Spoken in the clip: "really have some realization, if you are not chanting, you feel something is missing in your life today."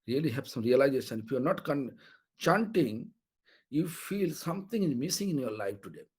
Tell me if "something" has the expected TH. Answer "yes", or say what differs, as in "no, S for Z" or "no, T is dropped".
no, T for TH